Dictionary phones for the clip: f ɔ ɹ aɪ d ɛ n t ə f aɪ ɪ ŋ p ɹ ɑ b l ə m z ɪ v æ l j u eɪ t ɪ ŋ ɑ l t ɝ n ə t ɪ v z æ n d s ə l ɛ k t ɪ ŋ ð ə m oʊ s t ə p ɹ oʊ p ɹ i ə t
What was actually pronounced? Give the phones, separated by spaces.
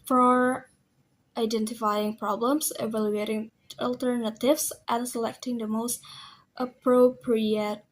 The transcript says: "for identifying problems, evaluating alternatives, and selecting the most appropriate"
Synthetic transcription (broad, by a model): f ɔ ɹ aɪ d ɛ n t ə f aɪ ɪ ŋ p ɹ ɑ b l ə m s ɪ v æ l j u eɪ t ɪ ŋ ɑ l t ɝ n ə t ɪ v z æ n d s ə l ɛ k t ɪ ŋ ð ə m oʊ s t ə p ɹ oʊ p ɹ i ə t